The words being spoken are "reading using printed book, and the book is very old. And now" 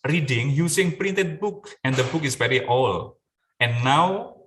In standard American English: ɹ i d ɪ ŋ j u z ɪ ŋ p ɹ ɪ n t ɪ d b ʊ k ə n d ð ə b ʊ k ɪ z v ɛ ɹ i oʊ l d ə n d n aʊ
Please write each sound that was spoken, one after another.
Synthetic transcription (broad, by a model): ɹ i d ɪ ŋ j u s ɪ ŋ p ɹ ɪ n t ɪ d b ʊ k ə n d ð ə b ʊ k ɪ s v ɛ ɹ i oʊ l ə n n aʊ